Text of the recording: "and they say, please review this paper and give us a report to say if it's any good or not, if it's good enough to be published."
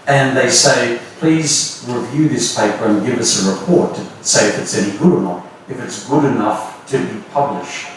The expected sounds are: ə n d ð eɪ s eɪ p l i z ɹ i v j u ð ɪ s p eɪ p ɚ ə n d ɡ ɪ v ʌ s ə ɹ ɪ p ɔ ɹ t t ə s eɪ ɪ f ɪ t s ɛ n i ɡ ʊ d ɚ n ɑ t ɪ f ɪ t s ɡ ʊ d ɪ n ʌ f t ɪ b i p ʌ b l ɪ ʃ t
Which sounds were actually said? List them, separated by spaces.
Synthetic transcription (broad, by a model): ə n ð eɪ s eɪ p l i z ɹ i v j u ð ɪ s p eɪ p ɚ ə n ɡ ɪ v ʌ s ə ɹ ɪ p ɔ ɹ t t s eɪ ɪ f ɪ t s ɛ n i ɡ ʊ d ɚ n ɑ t ɪ f ɪ t s ɡ ʊ d ɪ n ʌ f t ɪ b i p ʌ b l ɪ ʃ t